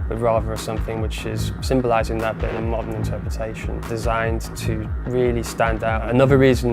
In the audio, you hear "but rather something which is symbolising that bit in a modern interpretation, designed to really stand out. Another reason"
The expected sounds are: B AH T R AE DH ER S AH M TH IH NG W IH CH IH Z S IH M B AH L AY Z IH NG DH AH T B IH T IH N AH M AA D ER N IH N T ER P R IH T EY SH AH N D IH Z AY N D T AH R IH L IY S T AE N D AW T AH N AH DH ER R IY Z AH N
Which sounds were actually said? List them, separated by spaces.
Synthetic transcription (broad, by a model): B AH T R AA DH ER S AH M TH IH NG W IH CH IH Z S IH M B AH L AY Z IH NG DH AH T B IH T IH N AH M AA D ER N IH N T ER P R IH T EY SH AH N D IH Z AY N T AH R IH L IY S T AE N D AW T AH N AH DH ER R IY Z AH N